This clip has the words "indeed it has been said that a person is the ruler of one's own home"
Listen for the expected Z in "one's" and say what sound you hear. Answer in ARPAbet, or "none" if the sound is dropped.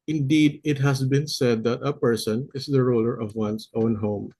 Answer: S